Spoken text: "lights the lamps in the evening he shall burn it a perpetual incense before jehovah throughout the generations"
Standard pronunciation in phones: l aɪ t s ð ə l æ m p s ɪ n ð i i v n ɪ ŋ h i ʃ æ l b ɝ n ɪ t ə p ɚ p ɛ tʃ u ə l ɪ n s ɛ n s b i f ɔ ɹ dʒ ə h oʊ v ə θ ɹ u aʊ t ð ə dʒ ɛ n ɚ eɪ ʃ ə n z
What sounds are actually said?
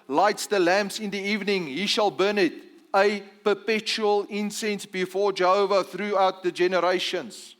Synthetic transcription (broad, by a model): l aɪ t s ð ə l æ m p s ɪ n ð i i v n ɪ ŋ h i ʃ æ l b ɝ n ɪ t ə p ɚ p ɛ tʃ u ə l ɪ n s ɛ n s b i f ɔ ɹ dʒ ə h oʊ v ə θ ɹ u aʊ t ð ə dʒ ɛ n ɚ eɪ ʃ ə n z